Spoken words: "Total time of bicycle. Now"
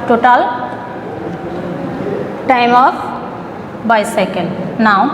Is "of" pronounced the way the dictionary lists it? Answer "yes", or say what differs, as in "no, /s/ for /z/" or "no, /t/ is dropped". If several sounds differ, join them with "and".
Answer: no, /p/ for /v/